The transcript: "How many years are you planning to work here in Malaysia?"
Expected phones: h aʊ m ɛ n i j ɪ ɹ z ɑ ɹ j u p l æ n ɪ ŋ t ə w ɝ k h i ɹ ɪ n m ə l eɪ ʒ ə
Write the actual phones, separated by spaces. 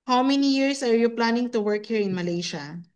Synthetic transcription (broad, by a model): h aʊ m ɛ n i j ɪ ɹ s ɑ ɹ j u p l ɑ n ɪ ŋ t ə w ɝ k h i ɹ ɪ n m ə l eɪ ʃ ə